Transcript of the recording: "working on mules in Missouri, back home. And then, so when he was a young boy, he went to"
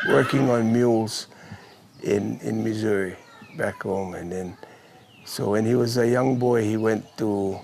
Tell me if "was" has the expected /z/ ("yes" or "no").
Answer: yes